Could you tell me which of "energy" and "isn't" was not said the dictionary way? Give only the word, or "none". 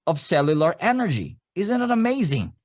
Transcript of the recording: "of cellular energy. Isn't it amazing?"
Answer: none